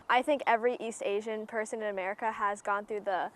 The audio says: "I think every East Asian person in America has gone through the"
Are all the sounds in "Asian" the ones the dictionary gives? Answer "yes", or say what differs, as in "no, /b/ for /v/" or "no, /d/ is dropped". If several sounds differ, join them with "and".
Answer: yes